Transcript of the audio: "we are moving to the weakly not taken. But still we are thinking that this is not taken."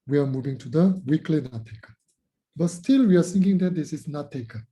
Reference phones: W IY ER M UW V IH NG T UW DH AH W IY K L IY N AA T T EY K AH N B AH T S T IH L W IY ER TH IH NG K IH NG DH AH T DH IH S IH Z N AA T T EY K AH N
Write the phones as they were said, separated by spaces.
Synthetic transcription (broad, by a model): W IY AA M UW V IH NG T UW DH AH W IY K L IY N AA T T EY K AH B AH T S T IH L W IY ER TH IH NG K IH NG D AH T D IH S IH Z N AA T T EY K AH